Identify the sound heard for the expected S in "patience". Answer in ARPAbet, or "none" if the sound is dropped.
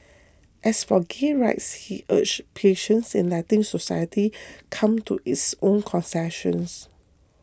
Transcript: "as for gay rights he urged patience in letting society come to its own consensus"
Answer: S